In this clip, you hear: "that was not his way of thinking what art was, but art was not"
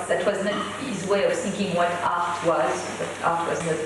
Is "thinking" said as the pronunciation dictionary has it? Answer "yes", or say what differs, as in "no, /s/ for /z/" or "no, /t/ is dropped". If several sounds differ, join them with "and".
yes